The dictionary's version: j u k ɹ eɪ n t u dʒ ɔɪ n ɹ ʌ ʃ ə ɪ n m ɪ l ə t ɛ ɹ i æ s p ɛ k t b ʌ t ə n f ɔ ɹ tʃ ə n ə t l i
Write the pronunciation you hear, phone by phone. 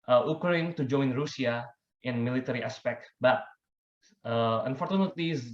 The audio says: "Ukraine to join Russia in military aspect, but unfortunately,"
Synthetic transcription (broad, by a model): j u k ɹ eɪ n t u dʒ ɔɪ n ɹ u s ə ɪ n m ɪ l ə t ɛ ɹ i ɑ s p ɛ k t b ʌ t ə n f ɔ ɹ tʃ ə n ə t l i